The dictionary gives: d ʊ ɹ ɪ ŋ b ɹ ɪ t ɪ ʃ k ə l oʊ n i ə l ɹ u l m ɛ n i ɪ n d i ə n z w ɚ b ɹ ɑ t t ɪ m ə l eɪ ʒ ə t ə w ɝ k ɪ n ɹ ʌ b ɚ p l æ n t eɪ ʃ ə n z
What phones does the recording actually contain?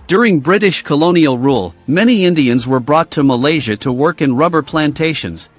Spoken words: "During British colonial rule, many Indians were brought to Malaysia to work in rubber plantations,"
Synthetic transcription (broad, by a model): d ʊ ɹ ɪ ŋ b ɹ ɪ t ɪ ʃ k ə l oʊ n i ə l ɹ u l m ɛ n i ɪ n d i ə n z w ɚ b ɹ ɑ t t ɪ m ə l eɪ ʒ ə t ə w ɝ k ɪ n ɹ ʌ b ɚ p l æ n t eɪ ʃ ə n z